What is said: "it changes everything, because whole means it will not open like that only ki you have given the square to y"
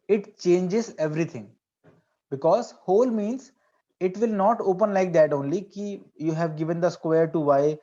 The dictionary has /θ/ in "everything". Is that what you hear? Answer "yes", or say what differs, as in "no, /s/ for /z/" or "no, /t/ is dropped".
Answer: no, /t/ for /θ/